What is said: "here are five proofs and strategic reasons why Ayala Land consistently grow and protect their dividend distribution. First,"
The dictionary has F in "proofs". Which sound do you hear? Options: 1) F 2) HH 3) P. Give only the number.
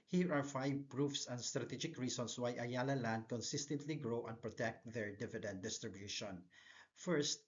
1